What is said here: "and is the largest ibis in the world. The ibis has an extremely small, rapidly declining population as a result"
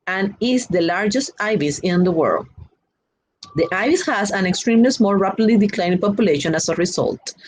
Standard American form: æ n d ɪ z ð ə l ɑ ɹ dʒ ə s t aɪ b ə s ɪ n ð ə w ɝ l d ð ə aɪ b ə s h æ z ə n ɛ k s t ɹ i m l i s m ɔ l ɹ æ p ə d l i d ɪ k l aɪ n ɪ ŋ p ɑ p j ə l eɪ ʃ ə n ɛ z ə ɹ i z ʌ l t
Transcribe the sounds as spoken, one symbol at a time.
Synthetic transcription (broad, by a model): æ n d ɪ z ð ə l ɑ ɹ dʒ ə s t aɪ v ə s ɪ n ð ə w ɝ l d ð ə aɪ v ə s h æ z ə n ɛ k s t ɹ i m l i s m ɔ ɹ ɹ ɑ p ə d l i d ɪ k l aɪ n p ɑ p j ə l eɪ ʃ ə n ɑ s ə ɹ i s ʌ l t